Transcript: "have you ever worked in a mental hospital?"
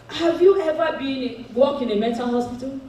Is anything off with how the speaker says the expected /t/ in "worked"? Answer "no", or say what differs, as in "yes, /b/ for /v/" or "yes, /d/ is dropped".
yes, /t/ is dropped